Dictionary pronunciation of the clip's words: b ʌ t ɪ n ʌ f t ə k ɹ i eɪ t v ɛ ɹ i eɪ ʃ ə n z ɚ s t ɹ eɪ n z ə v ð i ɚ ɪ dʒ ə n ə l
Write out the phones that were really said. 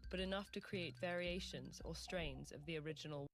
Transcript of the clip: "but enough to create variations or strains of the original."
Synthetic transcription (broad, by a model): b ʌ t ɪ n ʌ f t ə k ɹ i eɪ t v ɛ ɹ i eɪ ʃ ə n z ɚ s t ɹ eɪ n z ə v ð i ɚ ɪ dʒ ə n ə l